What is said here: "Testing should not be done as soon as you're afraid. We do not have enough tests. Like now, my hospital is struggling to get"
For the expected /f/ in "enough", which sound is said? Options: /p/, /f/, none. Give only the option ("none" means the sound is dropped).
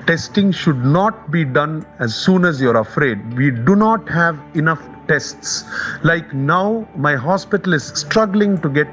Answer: /f/